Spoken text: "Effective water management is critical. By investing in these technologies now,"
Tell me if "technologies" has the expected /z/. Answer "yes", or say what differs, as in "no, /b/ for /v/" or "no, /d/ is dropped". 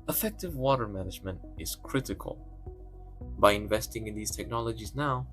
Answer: yes